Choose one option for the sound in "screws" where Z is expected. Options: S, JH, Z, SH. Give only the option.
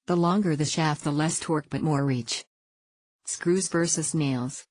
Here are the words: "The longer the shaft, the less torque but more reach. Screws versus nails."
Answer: Z